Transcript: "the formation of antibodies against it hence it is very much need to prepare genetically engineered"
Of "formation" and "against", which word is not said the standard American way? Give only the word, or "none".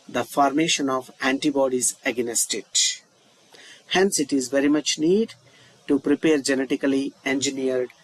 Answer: against